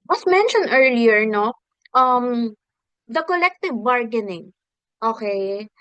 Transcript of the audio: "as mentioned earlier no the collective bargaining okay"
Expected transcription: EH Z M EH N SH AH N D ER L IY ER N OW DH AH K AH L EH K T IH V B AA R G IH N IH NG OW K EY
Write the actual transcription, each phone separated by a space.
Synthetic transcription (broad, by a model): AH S M EH N SH AH N D ER L IY ER N OW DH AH K AH L EH K T IH V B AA R G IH N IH NG OW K EY